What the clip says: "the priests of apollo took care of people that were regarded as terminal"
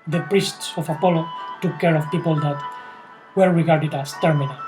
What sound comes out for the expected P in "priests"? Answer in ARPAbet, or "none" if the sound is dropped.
P